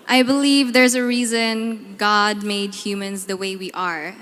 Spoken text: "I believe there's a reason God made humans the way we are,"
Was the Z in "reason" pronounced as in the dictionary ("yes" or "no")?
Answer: yes